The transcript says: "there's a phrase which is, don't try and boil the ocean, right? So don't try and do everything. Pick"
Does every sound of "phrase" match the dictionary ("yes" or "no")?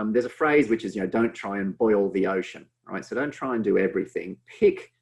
yes